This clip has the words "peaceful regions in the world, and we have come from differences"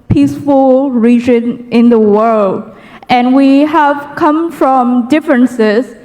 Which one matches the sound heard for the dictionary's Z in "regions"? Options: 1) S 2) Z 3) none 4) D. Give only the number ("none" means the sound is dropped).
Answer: 3